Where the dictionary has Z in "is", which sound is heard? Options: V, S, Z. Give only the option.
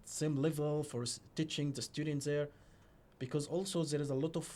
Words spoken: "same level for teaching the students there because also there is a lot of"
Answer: Z